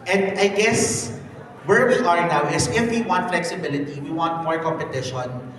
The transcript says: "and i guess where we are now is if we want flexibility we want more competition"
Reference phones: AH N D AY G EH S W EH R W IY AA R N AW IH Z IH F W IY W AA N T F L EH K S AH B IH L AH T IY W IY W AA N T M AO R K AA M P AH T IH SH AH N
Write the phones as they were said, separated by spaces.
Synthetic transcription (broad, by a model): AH N D AY G EH S W EH R W IY AA R N AW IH S IH F W IY W AA N T F L EH K S AH B IH L AH T IY W IY W AA N T M AO R K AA M P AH T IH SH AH N